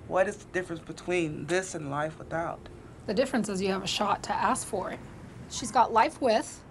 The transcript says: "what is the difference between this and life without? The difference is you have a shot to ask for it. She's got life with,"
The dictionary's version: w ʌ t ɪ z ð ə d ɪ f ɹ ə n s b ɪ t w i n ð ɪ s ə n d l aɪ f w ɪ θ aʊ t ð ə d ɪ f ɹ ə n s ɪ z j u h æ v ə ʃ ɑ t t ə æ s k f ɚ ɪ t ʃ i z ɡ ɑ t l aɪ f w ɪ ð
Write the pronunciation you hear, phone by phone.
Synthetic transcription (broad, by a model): w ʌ t ɪ z ð ə d ɪ f ɹ ə n s b ɪ t w i n ð ɪ s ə n l aɪ f w ɪ θ aʊ t ð ə d ɪ f ɹ ə n s ɪ z j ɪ v ə ʃ ɑ t t æ s k f ɚ ɪ t ʃ i z ɡ ɑ t l aɪ f w ɪ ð